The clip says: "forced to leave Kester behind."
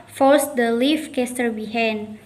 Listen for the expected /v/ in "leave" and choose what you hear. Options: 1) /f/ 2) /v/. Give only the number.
1